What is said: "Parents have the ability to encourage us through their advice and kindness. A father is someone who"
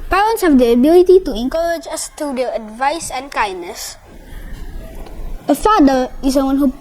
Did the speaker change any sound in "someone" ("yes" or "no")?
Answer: yes